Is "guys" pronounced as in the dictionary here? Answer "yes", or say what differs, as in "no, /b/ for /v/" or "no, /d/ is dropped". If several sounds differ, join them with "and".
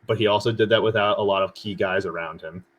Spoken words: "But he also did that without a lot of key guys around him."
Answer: yes